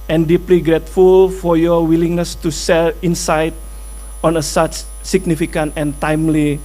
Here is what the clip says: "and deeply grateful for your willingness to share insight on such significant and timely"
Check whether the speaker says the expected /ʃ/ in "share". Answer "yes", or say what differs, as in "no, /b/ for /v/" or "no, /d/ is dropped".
no, /s/ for /ʃ/